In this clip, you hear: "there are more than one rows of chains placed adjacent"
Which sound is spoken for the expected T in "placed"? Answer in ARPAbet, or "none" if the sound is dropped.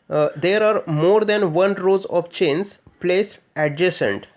none